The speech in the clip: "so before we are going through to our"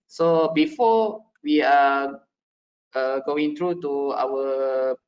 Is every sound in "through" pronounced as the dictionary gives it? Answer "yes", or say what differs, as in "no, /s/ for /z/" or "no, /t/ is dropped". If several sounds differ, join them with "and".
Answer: no, /t/ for /θ/